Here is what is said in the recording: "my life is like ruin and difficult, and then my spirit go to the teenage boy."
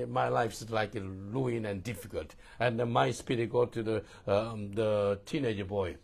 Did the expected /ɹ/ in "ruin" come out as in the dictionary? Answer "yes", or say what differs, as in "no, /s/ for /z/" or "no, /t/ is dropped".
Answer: no, /l/ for /ɹ/